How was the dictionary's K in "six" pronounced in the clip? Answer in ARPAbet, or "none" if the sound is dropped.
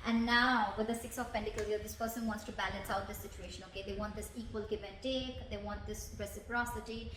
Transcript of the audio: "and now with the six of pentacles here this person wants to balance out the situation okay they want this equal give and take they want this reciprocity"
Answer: K